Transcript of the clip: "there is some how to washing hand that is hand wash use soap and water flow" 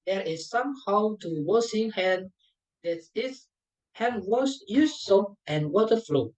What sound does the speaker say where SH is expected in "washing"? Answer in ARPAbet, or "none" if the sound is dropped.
S